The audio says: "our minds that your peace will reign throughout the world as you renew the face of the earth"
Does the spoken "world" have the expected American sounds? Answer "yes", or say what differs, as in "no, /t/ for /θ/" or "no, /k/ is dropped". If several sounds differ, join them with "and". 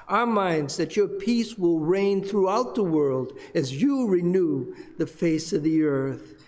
yes